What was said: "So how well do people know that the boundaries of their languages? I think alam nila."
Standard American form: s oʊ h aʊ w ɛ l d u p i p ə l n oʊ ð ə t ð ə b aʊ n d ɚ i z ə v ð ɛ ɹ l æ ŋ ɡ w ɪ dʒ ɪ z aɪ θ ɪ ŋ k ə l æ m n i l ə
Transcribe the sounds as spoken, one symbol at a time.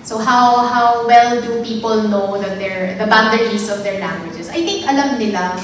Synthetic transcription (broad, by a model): s oʊ h aʊ w ɛ l d u p i p ə l n oʊ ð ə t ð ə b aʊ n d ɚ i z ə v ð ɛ ɹ l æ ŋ ɡ w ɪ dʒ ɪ s aɪ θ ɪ ŋ k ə l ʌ m n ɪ l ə